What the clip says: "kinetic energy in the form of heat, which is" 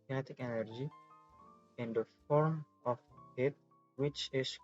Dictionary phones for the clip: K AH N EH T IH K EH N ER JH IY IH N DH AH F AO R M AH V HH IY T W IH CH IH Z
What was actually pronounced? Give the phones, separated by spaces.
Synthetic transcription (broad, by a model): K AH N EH T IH K EH N ER JH IY IH N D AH F AO R M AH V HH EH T W IH CH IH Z